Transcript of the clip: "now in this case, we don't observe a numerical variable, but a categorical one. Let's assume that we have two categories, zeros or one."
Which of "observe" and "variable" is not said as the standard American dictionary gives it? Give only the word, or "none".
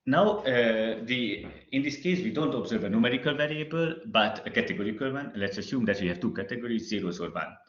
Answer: none